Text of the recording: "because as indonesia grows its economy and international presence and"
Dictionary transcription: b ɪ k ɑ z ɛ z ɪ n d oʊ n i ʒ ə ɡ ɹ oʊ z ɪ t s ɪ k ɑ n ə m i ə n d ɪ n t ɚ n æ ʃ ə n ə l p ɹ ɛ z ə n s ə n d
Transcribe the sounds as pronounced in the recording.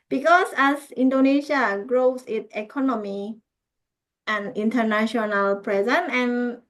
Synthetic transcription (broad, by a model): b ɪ k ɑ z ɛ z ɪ n d oʊ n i ʃ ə ɡ ɹ oʊ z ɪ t ɪ k ɑ n ə m i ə n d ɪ n t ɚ n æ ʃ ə n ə l p ɹ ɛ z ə n ə n